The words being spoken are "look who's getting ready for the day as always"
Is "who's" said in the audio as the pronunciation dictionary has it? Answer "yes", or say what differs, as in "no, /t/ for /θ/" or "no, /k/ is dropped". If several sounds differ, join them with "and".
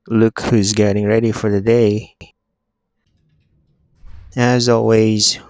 yes